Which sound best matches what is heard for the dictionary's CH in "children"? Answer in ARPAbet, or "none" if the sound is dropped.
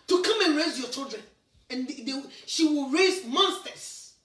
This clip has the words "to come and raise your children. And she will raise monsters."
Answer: CH